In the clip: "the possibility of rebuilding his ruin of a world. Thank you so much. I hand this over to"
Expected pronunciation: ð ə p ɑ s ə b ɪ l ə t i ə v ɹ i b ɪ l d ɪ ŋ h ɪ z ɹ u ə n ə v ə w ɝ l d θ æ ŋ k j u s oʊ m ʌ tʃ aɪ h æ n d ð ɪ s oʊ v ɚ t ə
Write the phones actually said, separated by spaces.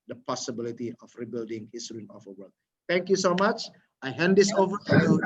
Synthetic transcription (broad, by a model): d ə p ɑ s ə b ɪ l ə t i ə f ɹ i b ɪ l d ɪ ŋ h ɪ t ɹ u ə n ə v ə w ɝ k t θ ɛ ŋ k j u s oʊ m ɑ tʃ aɪ h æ n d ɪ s oʊ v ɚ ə